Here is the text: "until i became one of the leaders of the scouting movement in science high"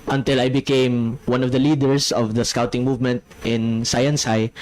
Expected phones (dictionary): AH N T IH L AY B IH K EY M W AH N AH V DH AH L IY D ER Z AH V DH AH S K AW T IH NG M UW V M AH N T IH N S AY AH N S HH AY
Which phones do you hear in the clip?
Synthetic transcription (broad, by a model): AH N T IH L AY B IH K EY M W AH N AH V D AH L IY D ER S AH V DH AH S K AW T IH NG M UW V M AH N T IH N S AY AH N S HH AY